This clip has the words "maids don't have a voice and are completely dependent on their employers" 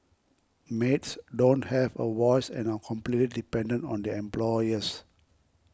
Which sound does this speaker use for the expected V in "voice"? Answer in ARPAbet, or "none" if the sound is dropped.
W